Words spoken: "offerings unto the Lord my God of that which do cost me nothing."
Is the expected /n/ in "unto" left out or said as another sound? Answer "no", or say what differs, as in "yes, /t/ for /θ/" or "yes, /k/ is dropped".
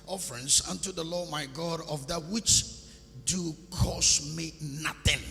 no